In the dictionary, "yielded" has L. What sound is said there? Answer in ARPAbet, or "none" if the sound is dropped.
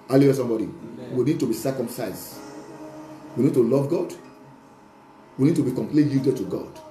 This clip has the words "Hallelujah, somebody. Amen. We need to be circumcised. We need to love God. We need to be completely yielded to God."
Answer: none